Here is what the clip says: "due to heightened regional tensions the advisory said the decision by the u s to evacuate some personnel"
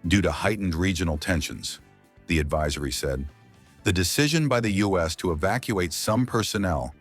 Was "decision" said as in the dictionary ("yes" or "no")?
yes